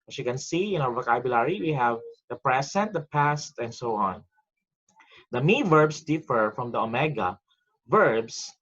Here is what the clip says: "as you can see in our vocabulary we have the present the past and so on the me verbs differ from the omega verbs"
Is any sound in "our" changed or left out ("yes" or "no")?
yes